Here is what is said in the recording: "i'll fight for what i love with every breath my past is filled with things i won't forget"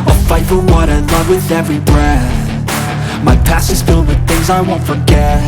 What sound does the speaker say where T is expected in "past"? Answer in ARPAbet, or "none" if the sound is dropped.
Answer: none